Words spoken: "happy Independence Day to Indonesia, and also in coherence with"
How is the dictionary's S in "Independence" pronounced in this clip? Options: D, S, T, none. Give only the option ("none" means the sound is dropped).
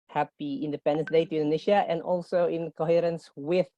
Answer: none